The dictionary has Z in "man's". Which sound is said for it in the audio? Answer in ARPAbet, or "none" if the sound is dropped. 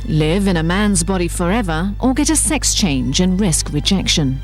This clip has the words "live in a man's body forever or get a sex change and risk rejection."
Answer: Z